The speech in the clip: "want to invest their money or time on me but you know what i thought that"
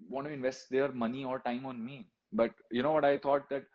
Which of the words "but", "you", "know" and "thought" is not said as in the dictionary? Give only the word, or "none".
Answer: thought